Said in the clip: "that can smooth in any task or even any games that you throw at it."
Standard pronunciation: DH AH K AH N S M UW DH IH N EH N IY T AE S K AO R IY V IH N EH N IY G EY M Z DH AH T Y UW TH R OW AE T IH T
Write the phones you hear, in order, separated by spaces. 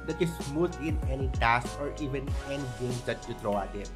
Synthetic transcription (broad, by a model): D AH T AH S M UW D IH N EH N IY T AE S K AO R IY V IH N EH N IY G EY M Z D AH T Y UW T R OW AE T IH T